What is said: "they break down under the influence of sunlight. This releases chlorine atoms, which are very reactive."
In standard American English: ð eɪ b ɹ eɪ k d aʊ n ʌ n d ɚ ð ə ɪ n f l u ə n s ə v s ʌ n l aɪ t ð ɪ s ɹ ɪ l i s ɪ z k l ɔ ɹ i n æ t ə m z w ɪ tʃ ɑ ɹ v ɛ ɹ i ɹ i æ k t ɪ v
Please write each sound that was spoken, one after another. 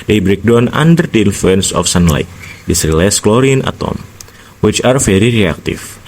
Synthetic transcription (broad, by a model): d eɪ b ɹ eɪ k d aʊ n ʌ n d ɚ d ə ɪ n f l u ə n s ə f s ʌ n l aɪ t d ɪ s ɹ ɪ l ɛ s k l ɔ ɹ i n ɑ t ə m w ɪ tʃ ɑ ɹ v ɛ ɹ i ɹ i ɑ k t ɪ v